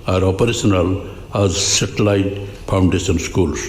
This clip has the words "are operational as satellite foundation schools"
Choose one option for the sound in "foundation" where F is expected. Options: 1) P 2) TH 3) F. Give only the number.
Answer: 1